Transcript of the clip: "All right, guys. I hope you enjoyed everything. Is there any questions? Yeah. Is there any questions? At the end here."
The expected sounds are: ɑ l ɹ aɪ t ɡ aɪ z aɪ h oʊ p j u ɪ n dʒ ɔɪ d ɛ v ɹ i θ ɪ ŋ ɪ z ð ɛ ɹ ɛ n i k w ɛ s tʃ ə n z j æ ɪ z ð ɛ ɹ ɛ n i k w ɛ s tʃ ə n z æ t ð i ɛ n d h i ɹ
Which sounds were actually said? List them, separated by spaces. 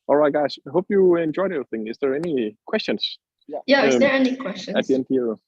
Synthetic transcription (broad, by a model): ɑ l ɹ aɪ t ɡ aɪ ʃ h oʊ p j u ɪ n dʒ ɔɪ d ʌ ɹ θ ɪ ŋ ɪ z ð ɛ ɹ ɛ n i k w ɛ s tʃ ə n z j æ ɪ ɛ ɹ ɛ n i k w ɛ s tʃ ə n ɑ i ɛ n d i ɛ